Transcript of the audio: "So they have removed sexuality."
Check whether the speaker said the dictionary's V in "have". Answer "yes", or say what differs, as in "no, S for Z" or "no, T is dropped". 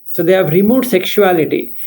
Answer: yes